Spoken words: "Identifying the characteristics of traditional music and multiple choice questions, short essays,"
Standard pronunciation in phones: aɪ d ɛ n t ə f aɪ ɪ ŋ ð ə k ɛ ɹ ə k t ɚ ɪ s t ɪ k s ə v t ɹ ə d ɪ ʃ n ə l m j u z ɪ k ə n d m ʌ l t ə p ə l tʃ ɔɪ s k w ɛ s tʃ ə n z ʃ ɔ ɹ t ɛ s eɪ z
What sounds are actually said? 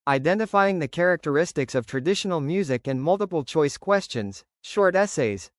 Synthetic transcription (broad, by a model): aɪ d ɛ n t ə f aɪ ɪ ŋ ð ə k ɛ ɹ ə k t ɚ ɪ s t ɪ k s ə v t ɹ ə d ɪ ʃ n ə l m j u z ɪ k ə n m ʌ l t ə p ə l tʃ ɔɪ s k w ɛ s tʃ ə n z ʃ ɔ ɹ t ɛ s eɪ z